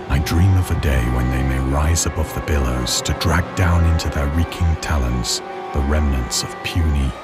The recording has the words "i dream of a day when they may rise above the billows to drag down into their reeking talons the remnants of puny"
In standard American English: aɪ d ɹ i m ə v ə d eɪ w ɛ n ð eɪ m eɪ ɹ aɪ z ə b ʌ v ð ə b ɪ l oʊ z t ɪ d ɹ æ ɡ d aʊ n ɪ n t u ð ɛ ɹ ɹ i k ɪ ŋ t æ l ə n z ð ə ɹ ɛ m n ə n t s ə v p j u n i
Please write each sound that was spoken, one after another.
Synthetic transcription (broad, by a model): aɪ d ɹ i m ə v ə d eɪ w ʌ n ð eɪ m eɪ ɹ aɪ z ə b ʌ v ð ə b ɪ l oʊ z t ɪ d ɹ æ ɡ d aʊ n ɪ n t u ð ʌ ɹ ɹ i k ɪ ŋ t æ l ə n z ð ə ɹ ɛ m n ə n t s ə v p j u n i